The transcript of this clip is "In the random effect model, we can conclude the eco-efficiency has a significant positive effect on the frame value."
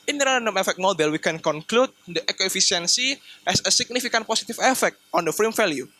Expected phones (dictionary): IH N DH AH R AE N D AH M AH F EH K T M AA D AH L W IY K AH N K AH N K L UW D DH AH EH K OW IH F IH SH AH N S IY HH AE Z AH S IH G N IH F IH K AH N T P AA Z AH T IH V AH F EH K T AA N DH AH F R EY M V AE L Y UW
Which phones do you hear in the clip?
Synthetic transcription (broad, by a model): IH N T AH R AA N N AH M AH F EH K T M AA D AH L W IY K AH N K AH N K L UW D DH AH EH K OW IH F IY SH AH N S IY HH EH S AH S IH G N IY F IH K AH N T P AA S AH T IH F AH F EH K T AA N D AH F R EY M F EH L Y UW